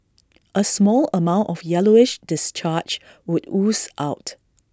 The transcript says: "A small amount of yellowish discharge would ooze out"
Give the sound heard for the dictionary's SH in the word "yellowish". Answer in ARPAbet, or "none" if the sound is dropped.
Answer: SH